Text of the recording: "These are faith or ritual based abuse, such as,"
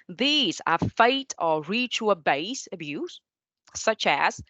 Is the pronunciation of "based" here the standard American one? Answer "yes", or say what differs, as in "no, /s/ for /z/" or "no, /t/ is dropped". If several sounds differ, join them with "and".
no, /t/ is dropped